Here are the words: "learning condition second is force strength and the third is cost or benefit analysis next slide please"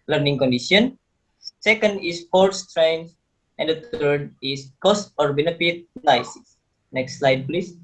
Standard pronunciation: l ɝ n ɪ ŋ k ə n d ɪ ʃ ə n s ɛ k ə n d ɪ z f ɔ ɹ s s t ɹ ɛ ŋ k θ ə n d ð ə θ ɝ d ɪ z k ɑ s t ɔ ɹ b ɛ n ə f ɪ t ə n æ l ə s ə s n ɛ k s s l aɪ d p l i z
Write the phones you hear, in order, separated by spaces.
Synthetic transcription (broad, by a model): l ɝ n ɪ ŋ k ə n d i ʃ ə n s ɛ k ə n d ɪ s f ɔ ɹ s s t ɹ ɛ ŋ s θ ə n d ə t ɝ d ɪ s k ɑ s t ɔ ɹ b ɛ n ə f ɪ t n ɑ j s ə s n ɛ k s s l aɪ d p l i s